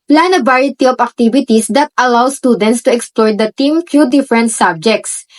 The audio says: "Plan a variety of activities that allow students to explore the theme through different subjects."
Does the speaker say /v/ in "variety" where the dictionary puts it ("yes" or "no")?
no